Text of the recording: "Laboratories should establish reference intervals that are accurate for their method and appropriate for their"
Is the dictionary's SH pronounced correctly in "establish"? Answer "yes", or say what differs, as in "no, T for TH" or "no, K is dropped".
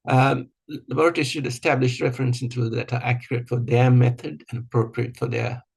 yes